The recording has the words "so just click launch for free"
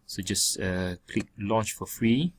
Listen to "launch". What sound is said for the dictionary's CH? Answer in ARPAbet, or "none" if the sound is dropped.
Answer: CH